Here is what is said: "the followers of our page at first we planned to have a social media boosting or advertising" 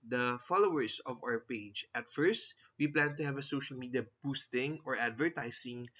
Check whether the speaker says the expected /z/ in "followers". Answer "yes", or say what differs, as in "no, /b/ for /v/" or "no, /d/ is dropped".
no, /s/ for /z/